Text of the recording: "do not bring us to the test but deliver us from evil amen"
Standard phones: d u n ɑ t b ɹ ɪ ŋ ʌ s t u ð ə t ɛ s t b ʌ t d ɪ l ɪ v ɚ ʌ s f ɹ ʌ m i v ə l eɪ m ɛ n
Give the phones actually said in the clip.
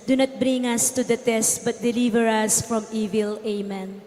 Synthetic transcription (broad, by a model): d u n ɑ t b ɹ ɪ ŋ ʌ s t u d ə t ɛ s t b ʌ t d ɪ l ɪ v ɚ ʌ s f ɹ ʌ m i v ə l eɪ m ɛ n